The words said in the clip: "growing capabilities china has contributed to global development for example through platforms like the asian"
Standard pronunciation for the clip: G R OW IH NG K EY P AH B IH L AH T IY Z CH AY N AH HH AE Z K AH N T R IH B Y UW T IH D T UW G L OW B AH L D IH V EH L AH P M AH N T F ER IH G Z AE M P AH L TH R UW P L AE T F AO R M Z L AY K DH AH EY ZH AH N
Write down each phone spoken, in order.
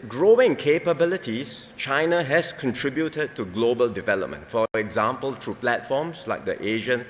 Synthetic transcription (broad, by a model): G R OW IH NG K EY P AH B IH L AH T IY S CH AY N AH HH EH S K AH N T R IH B Y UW T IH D T UW G L OW B AH L D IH V EH L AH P M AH N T F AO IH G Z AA M P AH L T R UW P L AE T F AO M S L AY K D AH EY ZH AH N